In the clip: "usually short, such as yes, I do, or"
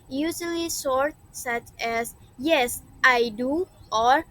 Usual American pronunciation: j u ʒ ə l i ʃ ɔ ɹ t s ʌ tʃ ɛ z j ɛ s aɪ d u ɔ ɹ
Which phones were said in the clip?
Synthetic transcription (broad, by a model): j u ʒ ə l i s ɔ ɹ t s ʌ tʃ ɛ s j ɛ s aɪ d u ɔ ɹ